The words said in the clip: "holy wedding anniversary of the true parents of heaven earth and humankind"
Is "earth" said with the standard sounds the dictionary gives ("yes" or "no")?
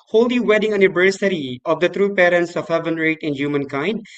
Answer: no